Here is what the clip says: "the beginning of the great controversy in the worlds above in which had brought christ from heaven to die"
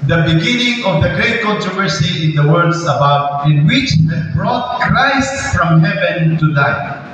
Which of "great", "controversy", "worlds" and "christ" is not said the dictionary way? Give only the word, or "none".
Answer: worlds